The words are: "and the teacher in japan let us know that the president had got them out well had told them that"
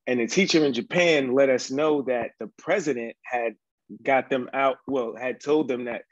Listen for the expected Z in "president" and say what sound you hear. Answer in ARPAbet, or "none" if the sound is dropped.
Z